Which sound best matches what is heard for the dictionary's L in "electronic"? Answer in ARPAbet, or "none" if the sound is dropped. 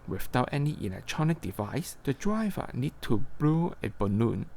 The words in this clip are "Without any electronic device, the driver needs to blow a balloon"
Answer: N